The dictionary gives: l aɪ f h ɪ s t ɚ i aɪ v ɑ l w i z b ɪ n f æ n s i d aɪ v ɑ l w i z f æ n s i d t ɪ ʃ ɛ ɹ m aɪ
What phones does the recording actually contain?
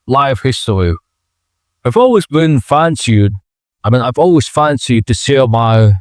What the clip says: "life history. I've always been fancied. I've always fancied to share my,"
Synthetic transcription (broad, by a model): l aɪ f h ɪ s t ɚ i aɪ v ɑ l w i z b ɪ n f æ n s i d aɪ v ɑ l w i z f æ n s i d t ɪ s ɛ m aɪ